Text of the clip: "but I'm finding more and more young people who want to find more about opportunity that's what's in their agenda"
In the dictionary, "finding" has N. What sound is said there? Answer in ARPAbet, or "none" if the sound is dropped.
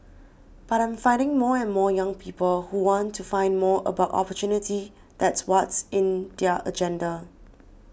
N